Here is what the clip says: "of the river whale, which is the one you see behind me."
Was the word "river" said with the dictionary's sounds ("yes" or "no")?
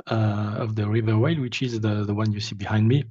yes